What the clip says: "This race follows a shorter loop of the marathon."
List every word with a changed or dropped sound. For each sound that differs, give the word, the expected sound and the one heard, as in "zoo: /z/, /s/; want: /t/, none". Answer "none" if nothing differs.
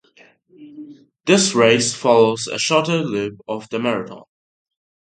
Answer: marathon: /θ/, /t/